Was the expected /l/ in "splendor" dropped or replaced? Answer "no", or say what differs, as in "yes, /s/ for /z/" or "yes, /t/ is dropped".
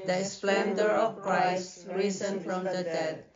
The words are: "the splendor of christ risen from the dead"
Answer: no